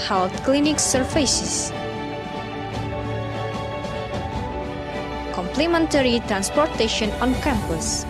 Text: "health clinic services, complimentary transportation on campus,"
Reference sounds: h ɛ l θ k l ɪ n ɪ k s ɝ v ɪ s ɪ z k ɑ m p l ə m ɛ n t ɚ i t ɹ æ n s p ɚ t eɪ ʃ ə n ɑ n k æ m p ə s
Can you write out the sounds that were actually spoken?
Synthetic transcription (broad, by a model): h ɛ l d k l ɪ n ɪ k s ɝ f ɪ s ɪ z k ɑ m p l ə m ɛ n t ɚ i t ɹ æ n s p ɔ t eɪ ʃ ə n ɑ n k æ m p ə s